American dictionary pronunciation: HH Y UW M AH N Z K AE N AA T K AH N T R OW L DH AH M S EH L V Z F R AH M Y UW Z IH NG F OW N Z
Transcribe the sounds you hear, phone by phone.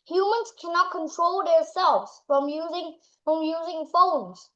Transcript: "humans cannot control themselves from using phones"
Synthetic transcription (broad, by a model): HH Y UW M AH N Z K AE N AA T K AH N T R OW L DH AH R S EH L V Z F R AH M Y UW Z IH NG F OW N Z